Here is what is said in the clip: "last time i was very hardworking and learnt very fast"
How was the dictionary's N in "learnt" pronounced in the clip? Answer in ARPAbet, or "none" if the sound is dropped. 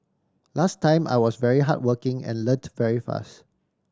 none